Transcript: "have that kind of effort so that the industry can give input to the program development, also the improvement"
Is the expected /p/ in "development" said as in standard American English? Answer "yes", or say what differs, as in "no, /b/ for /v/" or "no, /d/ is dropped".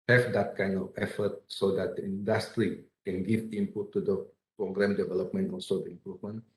yes